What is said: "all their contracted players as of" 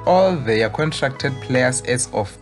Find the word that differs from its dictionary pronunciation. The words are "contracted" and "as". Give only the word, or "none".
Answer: as